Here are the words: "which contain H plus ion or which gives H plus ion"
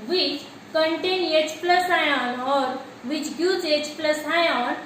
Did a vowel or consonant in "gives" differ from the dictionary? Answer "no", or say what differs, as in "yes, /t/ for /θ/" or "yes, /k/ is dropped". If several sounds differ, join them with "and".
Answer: yes, /v/ is dropped